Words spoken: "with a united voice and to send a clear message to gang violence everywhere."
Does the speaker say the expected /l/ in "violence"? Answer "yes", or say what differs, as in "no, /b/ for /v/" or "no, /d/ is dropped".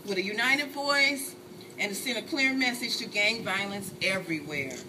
yes